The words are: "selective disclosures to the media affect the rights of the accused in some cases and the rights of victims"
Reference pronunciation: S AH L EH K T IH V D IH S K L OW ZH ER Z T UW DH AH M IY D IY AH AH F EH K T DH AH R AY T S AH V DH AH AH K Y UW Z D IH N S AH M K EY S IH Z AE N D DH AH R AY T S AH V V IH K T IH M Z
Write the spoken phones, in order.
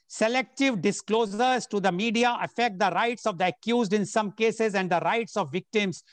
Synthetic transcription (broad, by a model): S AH L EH K T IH V D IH S K L OW Z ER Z T UW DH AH M IY D IY AH AH F EH K T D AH R AY T S AH V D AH AH K Y UW Z D IH N S AH M K EY S IH Z AE N D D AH R AY T S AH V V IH K T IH M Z